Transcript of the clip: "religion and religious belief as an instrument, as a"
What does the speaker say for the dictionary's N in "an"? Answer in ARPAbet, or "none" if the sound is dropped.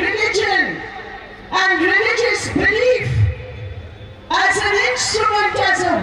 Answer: L